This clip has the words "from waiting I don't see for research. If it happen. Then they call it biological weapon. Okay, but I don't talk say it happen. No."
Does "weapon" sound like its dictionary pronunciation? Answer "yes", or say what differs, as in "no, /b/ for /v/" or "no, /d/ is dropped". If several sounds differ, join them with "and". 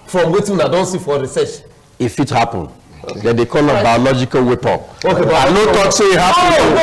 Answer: no, /n/ is dropped